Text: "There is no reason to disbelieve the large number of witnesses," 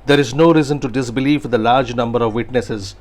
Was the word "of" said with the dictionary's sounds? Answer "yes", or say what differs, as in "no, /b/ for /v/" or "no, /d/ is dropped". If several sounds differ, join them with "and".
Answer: yes